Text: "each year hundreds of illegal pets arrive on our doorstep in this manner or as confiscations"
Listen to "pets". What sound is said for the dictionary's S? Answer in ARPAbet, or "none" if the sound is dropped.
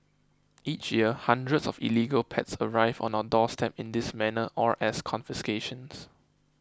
S